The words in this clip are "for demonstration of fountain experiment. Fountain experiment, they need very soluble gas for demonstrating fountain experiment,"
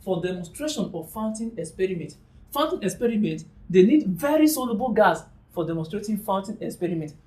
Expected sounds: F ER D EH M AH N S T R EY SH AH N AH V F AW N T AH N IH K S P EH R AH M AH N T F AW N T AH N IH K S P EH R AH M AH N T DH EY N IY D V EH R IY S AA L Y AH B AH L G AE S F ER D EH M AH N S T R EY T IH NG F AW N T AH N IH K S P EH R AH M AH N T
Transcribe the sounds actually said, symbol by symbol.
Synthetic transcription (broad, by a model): F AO D EH M AH N S T R EY SH AH N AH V F AW N T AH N IH K S P EH R AH M AH N T F AW N T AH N IH K S P EH R AH M AH N T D EY N IY D V EH R IY S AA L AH B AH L G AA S F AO D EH M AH S T R EY T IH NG F AW N T AH N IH K S P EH R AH M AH N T